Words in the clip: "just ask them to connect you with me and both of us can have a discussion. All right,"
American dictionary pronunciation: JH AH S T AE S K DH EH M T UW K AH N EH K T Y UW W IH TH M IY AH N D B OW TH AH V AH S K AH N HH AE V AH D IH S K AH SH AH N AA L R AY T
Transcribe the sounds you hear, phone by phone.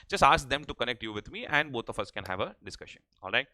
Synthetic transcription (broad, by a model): JH AH S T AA S K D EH M T UW K AH N EH K T Y UW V IH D M IY AH N D B OW T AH F AH S K AH N HH AE V AH D IH S K AH SH AH N AA L R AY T